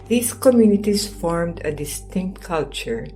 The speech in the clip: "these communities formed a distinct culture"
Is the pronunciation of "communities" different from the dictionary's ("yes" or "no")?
yes